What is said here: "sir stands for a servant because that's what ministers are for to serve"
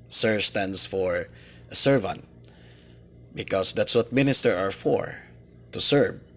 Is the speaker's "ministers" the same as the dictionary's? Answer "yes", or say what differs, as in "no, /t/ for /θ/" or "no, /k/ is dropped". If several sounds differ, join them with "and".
no, /z/ is dropped